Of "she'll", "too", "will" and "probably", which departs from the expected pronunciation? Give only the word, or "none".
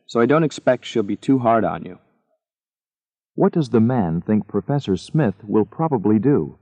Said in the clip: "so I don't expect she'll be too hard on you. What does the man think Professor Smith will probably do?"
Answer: none